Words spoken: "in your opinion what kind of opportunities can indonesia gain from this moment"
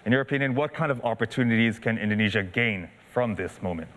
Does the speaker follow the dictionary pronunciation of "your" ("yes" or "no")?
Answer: yes